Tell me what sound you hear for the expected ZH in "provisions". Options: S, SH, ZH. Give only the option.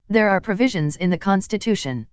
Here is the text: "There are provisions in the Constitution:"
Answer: ZH